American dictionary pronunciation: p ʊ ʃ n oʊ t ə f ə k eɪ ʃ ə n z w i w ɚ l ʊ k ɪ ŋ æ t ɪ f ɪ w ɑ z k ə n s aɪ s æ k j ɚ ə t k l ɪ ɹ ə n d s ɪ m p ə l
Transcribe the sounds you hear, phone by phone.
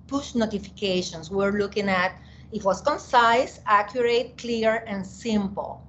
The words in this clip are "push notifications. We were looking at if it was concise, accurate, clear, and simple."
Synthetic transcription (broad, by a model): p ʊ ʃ n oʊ t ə f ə k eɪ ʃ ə n s w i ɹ l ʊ k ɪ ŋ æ t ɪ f w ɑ s k ə n s aɪ s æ k j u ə t k l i ɹ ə n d s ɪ m p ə l